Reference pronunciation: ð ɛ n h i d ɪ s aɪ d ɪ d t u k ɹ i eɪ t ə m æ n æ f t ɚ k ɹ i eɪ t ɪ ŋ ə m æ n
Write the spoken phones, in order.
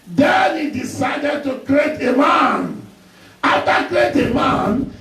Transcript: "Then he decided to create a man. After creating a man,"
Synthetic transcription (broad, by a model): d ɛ n h i d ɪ s aɪ d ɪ d t u k ɹ i eɪ t ə m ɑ n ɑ t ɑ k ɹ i eɪ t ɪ m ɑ n